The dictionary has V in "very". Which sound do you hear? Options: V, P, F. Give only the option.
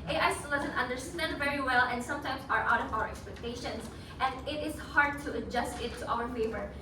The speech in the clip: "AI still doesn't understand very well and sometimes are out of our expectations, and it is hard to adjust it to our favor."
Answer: V